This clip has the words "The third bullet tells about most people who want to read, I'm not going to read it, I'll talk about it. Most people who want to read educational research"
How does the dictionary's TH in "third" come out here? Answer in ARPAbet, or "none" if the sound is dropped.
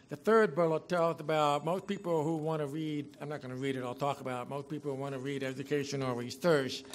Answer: TH